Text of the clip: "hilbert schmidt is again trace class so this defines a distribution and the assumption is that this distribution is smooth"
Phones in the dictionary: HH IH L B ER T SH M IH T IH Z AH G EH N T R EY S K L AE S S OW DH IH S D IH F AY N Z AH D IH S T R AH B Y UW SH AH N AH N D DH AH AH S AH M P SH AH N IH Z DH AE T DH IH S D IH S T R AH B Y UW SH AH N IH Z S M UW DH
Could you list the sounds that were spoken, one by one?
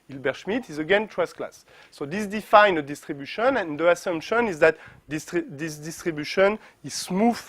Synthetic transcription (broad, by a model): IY L B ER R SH M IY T IH Z AH G EH N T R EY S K L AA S S OW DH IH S D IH F AY N AH D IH S T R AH B Y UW SH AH N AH N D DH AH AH S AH M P SH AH N IH Z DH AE T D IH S D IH S T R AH B Y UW SH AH N IH Z S M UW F